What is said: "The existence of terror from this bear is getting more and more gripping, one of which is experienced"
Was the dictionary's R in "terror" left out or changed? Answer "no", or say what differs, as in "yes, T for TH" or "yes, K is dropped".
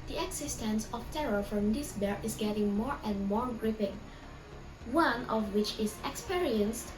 no